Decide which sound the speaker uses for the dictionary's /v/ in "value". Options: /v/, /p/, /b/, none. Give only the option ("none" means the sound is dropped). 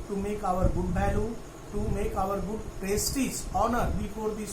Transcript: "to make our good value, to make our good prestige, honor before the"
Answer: /b/